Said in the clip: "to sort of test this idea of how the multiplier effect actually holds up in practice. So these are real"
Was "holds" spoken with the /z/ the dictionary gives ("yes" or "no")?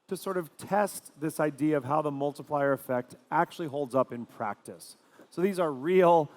yes